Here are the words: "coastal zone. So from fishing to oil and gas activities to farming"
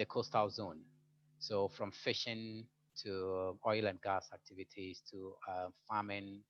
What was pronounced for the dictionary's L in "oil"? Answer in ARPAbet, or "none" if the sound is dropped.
L